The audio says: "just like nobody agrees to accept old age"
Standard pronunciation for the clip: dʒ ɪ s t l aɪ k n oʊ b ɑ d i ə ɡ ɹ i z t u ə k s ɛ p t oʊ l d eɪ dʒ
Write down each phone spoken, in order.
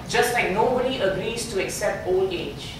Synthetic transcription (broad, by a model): dʒ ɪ s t l aɪ k n oʊ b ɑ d i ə ɡ ɹ i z t u ə k s ɛ p t oʊ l eɪ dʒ